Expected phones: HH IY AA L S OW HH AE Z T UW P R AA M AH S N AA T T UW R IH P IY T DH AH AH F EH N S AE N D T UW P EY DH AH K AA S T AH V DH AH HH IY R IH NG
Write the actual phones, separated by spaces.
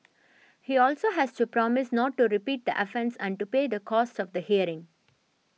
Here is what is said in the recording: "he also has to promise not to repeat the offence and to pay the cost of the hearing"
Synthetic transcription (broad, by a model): HH IY AA L S OW HH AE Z T UW P R AA M AH S N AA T T UW R IH P IY T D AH AH F EH N S AE N D T UW P EY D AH K AA S T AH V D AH HH IY R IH NG